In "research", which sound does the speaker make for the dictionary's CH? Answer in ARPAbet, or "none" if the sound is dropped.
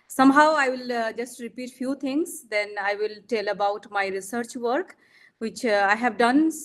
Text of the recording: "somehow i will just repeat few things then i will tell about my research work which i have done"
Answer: CH